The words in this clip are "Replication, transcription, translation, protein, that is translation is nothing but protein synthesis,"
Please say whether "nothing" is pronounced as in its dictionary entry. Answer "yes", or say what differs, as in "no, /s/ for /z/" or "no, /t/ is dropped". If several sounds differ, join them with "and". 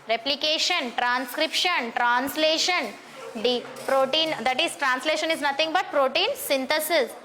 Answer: no, /t/ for /θ/